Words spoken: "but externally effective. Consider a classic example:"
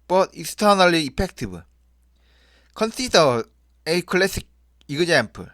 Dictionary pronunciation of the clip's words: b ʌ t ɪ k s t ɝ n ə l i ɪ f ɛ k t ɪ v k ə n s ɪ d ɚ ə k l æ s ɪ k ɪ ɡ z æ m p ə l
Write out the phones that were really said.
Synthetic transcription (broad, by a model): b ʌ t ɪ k s t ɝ n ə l i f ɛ k t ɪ b k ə n s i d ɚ ə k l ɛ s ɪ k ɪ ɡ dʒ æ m p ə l